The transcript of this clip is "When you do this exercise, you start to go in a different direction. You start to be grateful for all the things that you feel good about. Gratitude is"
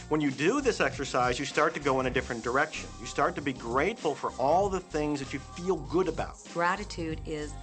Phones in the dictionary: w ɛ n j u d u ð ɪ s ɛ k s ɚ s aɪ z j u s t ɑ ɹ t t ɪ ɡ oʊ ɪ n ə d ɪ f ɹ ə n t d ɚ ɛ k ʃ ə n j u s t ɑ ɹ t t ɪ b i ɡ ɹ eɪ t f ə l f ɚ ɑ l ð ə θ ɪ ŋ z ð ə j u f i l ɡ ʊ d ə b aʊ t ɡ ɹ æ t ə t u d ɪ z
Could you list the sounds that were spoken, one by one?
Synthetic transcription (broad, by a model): w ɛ n j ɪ d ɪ ð ɪ s ɛ k s ɚ s aɪ z j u s t ɑ ɹ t t ɪ ɡ oʊ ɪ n ə d ɪ f ɹ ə n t d ɚ ɛ k ʃ ə n j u s t ɑ ɹ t t ɪ b i ɡ ɹ eɪ t f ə l f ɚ ɑ l ð ə θ ɪ ŋ z ð ə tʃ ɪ f i l ɡ ʊ d ə b aʊ t ɡ ɹ æ t ə t u d ɪ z